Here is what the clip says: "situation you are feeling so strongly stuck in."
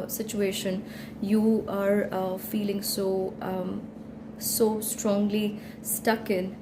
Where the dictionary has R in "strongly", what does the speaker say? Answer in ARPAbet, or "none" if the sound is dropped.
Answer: R